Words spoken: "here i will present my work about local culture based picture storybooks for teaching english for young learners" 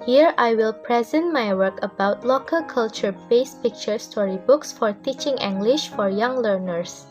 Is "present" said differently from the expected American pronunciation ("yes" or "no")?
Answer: no